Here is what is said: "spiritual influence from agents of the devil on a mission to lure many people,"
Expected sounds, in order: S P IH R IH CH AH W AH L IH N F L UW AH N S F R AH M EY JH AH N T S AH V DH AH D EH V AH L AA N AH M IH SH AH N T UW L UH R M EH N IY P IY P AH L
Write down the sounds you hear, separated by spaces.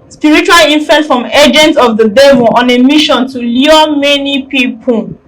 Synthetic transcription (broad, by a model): S P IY R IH CH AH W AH L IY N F UW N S F R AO M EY JH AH N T AH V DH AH D EH V AH L AA N AH M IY SH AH N T UW L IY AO M EH N IY P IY P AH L